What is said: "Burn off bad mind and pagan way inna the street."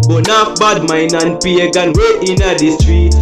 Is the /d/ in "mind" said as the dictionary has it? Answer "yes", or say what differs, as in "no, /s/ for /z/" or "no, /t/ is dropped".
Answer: no, /d/ is dropped